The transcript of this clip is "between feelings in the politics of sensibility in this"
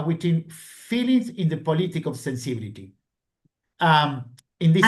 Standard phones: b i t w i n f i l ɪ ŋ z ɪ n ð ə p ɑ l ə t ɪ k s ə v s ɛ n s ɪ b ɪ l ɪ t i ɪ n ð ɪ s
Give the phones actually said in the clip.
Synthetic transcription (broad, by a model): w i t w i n f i l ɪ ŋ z ɪ n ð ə p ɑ l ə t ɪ k ə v s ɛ n s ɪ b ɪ l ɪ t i ɪ n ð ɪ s